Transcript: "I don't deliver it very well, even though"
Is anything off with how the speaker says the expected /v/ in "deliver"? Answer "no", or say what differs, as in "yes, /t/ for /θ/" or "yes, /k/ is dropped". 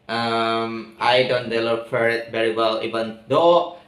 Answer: yes, /f/ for /v/